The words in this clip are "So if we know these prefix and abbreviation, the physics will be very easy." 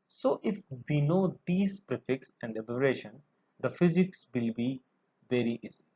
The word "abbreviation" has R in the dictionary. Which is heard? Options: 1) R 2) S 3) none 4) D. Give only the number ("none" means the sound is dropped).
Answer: 3